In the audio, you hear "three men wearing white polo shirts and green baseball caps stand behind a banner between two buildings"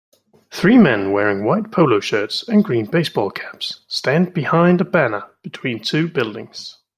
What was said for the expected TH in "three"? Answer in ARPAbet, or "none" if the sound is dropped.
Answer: TH